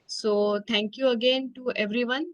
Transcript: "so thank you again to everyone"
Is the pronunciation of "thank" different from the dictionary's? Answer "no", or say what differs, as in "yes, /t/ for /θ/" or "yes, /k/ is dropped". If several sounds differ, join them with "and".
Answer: yes, /t/ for /θ/